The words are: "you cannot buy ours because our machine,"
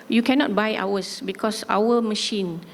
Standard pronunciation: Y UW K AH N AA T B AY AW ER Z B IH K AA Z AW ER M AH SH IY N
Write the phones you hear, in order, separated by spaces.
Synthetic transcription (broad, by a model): Y UW K AH N AA T B AY AW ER S B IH K AA S AW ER M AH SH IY N